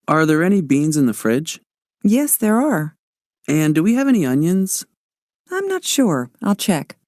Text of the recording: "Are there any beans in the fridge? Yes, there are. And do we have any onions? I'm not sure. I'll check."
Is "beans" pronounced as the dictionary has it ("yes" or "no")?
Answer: yes